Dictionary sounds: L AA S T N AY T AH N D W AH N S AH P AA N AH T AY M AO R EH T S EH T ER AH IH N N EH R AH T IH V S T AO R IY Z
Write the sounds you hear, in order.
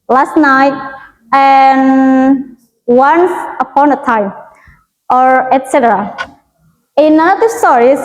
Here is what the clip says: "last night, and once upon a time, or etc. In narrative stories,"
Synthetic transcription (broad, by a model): L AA S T N AY T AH N W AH N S AH P AA N AH T AY M AO R EH T S EH T ER AH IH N N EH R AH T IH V S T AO R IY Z